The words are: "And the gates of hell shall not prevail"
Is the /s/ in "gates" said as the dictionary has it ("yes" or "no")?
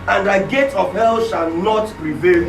no